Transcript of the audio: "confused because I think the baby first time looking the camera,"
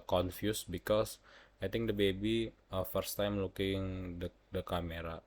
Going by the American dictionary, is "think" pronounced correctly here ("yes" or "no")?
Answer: no